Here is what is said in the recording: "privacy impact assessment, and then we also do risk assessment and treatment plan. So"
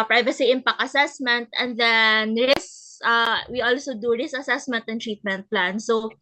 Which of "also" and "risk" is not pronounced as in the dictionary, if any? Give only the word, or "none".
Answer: risk